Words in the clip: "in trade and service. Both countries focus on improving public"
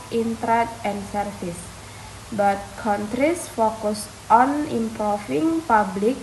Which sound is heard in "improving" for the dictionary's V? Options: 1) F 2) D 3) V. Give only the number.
1